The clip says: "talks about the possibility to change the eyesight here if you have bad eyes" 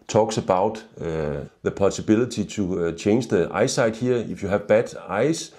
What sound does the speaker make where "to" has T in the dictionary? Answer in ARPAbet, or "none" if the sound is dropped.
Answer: S